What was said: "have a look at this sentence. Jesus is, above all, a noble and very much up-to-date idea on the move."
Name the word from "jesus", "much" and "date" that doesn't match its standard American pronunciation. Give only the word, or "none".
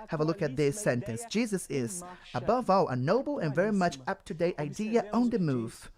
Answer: none